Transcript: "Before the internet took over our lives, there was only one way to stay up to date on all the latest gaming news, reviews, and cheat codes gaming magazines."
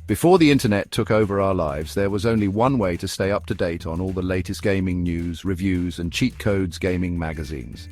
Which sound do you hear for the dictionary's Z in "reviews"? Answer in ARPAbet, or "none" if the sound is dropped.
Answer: Z